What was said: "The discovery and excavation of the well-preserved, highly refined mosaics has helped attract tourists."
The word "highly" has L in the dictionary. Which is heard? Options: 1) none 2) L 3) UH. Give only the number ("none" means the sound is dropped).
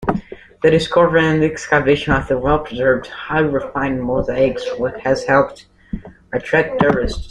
1